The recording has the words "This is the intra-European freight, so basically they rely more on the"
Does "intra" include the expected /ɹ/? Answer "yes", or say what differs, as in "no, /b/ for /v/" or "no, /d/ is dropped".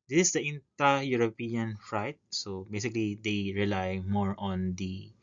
no, /ɹ/ is dropped